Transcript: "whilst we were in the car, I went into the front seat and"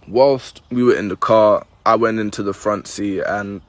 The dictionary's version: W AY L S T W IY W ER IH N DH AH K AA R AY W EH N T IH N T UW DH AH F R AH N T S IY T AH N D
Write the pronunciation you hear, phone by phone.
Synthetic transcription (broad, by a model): W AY L S T W IY W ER IH N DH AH K AA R AY W EH N T IH N T UW DH AH F R AH N T S IY AH N